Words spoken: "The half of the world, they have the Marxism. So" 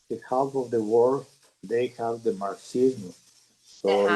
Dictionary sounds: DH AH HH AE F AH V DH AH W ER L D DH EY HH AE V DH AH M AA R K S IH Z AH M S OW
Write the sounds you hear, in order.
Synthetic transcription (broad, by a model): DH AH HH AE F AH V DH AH W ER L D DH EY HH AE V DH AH M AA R S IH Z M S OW